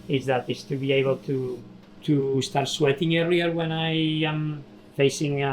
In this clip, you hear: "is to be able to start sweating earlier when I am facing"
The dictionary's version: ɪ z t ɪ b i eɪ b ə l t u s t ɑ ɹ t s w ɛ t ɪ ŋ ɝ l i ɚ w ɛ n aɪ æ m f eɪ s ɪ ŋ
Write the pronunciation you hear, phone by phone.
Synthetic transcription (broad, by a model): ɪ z t ɪ b i eɪ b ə l t u s t ɑ ɹ t s w ɛ t ɪ ŋ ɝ i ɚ w ɛ n aɪ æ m f eɪ s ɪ ŋ